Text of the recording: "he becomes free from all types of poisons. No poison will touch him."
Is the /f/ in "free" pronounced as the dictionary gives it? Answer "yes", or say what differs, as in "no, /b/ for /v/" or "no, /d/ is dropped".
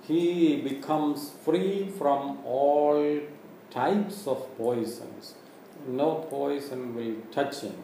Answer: yes